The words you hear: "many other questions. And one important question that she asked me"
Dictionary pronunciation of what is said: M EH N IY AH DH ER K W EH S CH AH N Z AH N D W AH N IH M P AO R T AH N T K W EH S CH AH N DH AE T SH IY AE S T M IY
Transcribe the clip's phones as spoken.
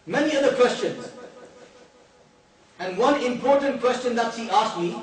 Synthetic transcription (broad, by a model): M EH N IY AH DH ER K W EH S CH AH N Z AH N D W AH N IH M P AO R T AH N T K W EH S CH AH N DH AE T S IY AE S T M IY